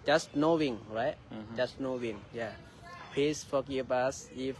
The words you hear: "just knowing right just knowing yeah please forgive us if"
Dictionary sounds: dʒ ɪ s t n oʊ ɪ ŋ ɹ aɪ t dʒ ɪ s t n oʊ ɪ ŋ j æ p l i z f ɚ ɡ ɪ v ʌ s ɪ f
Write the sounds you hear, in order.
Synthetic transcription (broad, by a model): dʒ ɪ s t n oʊ ɪ ŋ ɹ aɪ t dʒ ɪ s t n oʊ ɪ ŋ j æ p i s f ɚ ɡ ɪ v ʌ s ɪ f